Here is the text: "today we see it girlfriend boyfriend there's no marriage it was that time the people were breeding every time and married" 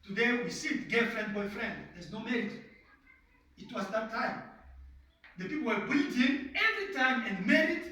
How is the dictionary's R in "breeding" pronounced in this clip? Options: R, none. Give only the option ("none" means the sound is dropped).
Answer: none